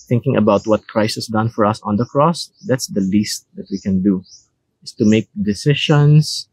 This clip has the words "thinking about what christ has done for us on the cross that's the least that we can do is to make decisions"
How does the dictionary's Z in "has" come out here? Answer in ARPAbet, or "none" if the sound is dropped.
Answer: S